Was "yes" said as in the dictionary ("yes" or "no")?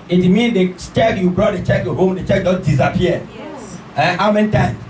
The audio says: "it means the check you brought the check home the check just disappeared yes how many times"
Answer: no